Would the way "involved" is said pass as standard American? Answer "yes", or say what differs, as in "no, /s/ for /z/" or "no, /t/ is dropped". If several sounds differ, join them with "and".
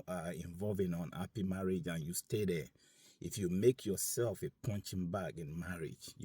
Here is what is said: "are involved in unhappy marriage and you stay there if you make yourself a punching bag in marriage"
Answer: no, /d/ is dropped